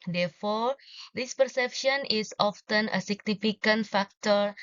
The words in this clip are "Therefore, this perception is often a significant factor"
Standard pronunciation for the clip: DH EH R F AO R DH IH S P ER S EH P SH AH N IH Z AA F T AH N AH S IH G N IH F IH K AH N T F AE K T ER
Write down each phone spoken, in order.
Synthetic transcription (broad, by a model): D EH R F AO R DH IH S P ER S EH P SH AH N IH S AA F T AH N AH S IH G N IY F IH K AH N T F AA K T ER